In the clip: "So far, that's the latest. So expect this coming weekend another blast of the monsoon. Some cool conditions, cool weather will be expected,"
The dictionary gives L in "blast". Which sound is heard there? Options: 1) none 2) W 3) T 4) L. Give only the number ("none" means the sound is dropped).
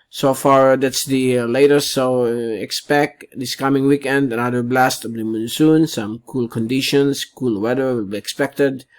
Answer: 4